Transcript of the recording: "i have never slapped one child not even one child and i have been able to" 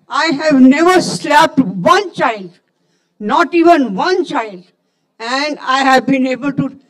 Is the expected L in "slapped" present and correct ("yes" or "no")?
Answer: yes